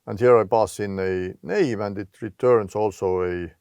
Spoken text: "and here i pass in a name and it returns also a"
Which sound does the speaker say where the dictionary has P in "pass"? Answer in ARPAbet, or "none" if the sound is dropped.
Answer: B